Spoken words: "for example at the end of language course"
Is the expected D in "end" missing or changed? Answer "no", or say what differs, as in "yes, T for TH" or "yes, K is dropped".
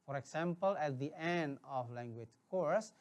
no